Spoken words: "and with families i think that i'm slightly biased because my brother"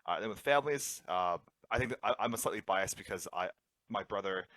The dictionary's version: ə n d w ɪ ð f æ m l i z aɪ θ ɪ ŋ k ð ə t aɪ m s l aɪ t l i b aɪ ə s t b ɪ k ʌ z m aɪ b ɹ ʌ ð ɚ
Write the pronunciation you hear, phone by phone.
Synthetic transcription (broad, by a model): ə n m w ɪ ð f æ m l i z aɪ θ ɪ ŋ k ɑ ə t aɪ m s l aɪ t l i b aɪ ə s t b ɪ k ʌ z m aɪ b ɹ ʌ ð ɚ